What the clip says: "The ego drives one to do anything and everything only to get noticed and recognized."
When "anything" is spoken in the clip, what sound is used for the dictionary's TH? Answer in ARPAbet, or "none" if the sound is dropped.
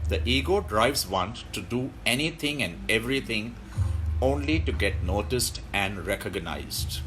T